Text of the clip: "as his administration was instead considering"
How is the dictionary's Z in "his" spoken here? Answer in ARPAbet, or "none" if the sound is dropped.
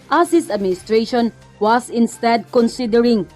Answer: S